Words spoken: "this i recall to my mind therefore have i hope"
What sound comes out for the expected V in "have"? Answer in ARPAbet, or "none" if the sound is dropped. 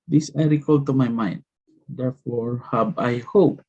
B